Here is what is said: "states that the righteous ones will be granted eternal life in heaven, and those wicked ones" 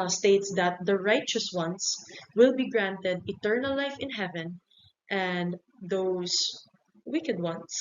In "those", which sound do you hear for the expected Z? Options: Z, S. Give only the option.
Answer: S